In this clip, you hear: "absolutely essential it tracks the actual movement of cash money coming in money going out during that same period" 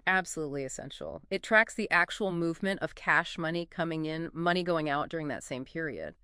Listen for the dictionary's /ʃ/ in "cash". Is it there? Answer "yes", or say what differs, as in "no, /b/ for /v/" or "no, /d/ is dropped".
yes